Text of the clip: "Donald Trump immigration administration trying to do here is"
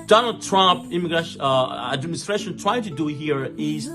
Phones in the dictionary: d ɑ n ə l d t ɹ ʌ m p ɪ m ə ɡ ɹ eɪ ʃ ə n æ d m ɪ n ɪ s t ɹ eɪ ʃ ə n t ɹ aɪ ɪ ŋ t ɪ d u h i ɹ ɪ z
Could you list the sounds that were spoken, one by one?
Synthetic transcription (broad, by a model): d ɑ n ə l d t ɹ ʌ m p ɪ m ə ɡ ɹ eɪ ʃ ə æ d m ɪ n ɪ s t ɹ eɪ ʃ ə n t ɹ aɪ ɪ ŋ t ɪ d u h i ɹ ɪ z